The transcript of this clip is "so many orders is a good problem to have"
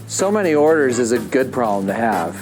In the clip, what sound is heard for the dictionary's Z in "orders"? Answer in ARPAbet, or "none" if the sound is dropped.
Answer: Z